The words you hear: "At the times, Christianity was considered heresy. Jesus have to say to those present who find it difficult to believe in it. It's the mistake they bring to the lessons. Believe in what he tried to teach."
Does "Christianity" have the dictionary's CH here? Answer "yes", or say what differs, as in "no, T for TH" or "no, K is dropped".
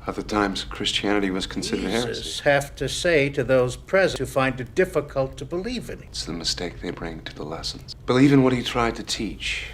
yes